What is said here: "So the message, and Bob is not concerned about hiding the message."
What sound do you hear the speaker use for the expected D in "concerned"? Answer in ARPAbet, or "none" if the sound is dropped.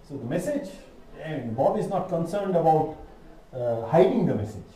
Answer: D